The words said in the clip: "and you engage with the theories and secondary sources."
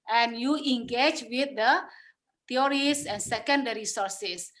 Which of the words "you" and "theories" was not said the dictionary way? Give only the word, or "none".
theories